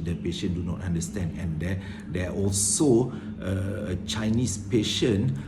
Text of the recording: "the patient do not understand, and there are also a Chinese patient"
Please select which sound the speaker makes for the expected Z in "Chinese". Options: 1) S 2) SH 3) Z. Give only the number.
1